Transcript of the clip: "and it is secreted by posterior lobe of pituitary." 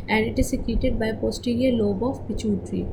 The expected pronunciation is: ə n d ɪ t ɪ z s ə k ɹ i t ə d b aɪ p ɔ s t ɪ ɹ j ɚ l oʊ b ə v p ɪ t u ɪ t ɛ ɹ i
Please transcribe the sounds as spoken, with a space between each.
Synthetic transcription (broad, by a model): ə n d ɪ t ɪ z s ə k i t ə d b aɪ p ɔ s t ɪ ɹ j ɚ l oʊ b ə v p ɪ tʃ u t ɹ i